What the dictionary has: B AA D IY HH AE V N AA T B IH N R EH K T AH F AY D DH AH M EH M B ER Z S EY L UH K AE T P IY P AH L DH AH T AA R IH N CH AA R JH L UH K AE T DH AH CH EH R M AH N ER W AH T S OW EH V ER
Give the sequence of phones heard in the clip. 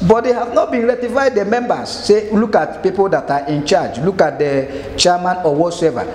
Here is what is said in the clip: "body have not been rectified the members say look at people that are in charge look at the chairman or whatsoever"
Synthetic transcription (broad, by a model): B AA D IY HH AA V N AA T B IH N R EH T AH F AY D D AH M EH M B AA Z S EY L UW K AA T P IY P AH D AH T AA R IH N CH AA JH L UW K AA T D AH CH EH M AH N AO W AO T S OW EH V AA